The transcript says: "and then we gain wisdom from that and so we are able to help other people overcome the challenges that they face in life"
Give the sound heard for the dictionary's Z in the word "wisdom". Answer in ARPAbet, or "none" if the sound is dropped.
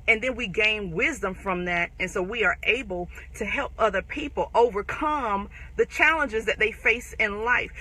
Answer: Z